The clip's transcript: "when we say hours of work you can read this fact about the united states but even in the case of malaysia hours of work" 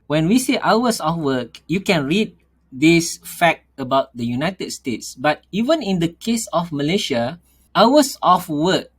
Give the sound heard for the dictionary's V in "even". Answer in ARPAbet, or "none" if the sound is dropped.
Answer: V